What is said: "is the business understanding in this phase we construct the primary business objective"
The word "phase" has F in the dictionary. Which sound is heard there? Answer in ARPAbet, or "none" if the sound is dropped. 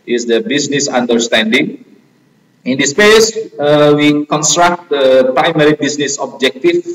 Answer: P